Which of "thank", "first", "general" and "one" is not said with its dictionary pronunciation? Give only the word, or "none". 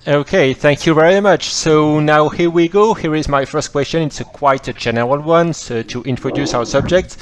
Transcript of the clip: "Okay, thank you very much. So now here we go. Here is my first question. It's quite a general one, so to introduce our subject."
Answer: none